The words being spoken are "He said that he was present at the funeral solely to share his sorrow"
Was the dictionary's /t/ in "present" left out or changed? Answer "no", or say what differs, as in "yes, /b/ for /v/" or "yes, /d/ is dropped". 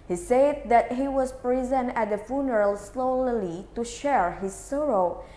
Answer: yes, /t/ is dropped